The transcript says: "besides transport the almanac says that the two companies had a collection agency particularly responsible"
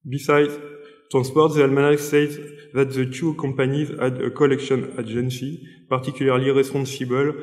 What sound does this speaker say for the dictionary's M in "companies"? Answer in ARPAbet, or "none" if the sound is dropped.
none